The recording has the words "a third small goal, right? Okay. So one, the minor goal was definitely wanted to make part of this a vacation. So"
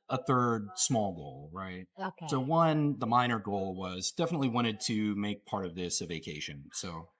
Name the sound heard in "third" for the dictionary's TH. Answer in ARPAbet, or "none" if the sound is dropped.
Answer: TH